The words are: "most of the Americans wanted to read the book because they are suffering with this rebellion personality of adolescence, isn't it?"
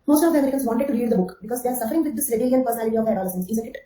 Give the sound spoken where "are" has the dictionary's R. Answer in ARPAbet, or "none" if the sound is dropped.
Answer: R